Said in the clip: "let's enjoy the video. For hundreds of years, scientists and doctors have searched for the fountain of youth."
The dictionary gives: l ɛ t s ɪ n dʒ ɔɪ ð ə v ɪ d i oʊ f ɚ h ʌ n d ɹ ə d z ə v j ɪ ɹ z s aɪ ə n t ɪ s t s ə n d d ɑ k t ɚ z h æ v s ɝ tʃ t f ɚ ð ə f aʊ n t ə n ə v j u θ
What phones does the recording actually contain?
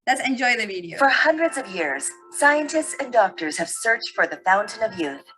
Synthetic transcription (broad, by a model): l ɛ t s ɪ n dʒ ɔɪ ð ə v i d i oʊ f ɚ h ʌ n d ɹ ə d z ə v j ɪ ɹ z s aɪ ə n t ɪ s t s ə n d d ɑ k t ɚ z h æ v s ɝ tʃ t f ɚ ð ə f aʊ n t ə n ə v j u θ